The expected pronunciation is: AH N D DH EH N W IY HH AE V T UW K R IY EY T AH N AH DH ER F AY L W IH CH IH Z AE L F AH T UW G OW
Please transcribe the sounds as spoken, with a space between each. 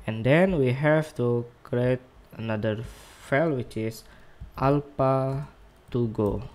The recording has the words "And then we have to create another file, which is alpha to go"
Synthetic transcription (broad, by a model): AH N D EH N W IY HH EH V T UW K R IY EY T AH N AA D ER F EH L W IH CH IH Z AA L P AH T UW G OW